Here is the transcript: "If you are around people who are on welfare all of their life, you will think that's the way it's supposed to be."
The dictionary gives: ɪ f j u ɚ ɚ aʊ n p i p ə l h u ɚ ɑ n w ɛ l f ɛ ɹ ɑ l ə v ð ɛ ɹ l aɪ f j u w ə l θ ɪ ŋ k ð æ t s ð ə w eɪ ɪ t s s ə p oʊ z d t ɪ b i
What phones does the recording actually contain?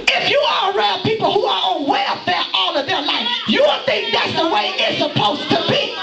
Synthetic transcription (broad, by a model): ɪ f j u ɚ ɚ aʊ l p i p l h u ɚ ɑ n w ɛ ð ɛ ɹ ɑ l ə v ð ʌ ɹ l aɪ f j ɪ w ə n θ ɪ ŋ k ð æ t s ð ə w eɪ ɪ t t s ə p oʊ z t ɪ b i